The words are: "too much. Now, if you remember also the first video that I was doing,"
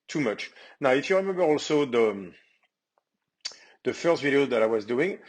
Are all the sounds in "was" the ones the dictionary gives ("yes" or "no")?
yes